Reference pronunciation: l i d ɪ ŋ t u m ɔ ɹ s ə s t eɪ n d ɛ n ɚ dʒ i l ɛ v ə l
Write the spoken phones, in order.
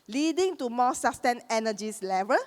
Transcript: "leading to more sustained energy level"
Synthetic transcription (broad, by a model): l i d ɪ ŋ t u m ɔ s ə s t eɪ n ɛ n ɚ dʒ i l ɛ v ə l